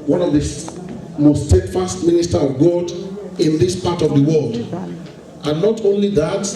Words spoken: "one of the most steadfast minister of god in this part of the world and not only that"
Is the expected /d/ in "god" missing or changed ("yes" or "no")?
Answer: no